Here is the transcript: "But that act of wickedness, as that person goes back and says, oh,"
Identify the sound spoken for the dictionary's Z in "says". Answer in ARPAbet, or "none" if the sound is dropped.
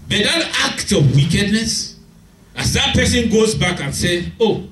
none